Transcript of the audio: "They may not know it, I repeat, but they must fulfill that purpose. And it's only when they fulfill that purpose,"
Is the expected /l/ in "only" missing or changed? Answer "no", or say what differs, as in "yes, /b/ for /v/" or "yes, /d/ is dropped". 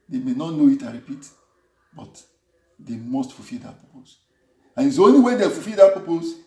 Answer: yes, /l/ is dropped